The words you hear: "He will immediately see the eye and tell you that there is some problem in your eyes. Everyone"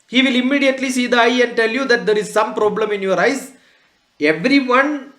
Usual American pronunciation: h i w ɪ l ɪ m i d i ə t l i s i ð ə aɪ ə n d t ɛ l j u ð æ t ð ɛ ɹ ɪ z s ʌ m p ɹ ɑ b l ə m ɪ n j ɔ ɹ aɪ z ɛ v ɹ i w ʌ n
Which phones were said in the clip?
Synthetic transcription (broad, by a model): h i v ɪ l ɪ m i d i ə t l i s i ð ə aɪ ə n d t ɛ l j u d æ t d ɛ ɹ ɪ z s ʌ m p ɹ ɑ b l ə m ɪ n j ɔ ɹ aɪ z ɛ v ɹ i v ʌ n